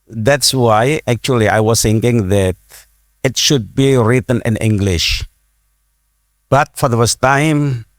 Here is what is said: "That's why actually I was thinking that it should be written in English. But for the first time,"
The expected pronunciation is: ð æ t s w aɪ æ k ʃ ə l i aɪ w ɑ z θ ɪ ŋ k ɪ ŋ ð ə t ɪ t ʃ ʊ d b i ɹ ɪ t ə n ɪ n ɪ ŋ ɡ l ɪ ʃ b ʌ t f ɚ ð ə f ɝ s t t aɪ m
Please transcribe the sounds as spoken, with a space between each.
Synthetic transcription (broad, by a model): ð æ t s w aɪ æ k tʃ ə l i aɪ w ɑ s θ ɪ ŋ k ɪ ŋ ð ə t ɪ t ʃ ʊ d b i ɹ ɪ t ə n ɪ n ɪ ŋ ɡ l ɪ ʃ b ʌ t f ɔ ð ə f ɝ s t t aɪ m